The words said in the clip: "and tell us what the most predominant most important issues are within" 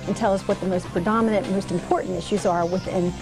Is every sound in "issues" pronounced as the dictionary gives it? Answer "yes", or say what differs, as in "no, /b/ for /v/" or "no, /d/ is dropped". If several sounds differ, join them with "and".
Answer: yes